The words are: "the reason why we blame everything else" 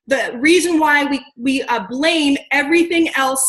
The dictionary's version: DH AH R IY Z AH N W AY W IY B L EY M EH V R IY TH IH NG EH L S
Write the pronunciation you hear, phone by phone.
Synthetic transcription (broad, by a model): DH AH R IY Z AH N W AY W IY B L EY M EH V R IY TH IH NG EH L S